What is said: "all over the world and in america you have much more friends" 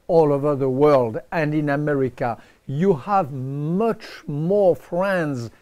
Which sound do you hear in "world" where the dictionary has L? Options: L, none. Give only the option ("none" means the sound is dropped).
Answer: L